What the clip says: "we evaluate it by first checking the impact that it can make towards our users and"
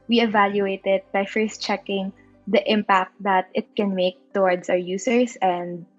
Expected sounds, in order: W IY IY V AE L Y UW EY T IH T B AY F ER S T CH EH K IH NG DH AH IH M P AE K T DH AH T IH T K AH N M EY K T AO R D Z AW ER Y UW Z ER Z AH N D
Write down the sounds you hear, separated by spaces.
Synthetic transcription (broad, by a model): W IY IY V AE L Y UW EY T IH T B AY F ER S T CH EH K IH NG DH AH IH M P AE K T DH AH T IH T K AH N M EY K T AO R D S AW ER Y UW S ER S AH N D